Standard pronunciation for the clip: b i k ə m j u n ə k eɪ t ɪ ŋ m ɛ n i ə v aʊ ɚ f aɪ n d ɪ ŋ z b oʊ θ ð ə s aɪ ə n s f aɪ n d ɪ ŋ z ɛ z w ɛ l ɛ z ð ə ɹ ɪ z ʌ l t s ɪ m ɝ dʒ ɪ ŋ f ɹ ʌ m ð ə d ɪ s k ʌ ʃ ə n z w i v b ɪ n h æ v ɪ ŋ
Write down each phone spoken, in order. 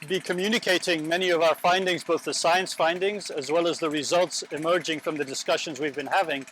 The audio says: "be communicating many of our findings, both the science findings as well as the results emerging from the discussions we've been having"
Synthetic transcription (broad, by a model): b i k ə m j u n ə k eɪ t ɪ ŋ m ɛ n i ə v aʊ ɚ f aɪ n d ɪ ŋ z b oʊ θ ð ə s aɪ ə n s f aɪ n d ɪ ŋ z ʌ z w ɛ l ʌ z ð ə ɹ ɪ z ʌ l t s ɪ m ɝ dʒ ɪ ŋ f ɹ ʌ m ð ə d ɪ s k ʌ ʃ ə n z w i v b ɪ n h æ v ɪ ŋ